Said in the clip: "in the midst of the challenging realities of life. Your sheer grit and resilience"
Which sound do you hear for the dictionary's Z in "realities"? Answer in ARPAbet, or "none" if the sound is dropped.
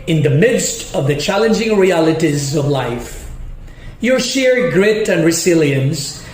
Z